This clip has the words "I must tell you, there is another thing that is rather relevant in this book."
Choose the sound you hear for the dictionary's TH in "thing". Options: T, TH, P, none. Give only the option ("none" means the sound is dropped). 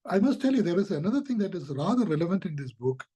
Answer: T